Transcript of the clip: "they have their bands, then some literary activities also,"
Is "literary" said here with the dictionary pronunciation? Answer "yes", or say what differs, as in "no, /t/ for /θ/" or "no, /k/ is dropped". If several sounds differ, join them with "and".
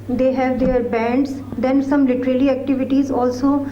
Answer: no, /l/ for /ɹ/